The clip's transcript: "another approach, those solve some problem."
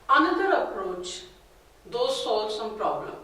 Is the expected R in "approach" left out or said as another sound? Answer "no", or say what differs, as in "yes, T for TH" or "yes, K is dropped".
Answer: no